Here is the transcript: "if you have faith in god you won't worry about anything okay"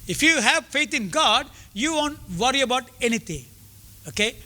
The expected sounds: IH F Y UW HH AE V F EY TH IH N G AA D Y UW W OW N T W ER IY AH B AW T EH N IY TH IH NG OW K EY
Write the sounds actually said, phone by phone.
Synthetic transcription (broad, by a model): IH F Y UW HH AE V F EY T IH N G AA D Y UW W OW N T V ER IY AH B AW T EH N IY T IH NG OW K EY